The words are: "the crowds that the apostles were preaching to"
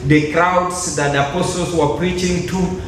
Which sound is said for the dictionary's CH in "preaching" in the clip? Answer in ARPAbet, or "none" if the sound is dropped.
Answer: CH